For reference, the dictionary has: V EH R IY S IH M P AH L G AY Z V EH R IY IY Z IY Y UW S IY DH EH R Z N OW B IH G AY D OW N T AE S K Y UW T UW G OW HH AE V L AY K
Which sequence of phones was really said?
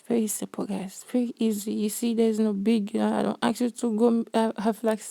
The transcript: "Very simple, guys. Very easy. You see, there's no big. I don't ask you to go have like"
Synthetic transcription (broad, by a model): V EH R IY S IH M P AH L G AY Z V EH R IY IY Z IY Y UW S IY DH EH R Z N OW B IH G AY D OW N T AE K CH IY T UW G OW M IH F L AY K